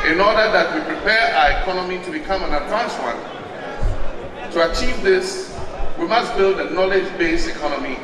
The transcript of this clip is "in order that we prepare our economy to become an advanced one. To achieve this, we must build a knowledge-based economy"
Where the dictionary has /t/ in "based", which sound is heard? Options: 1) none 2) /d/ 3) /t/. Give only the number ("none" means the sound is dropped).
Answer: 3